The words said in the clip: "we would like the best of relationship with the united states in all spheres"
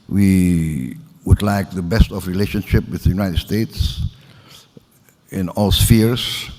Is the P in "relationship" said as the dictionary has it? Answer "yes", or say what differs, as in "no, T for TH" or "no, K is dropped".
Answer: yes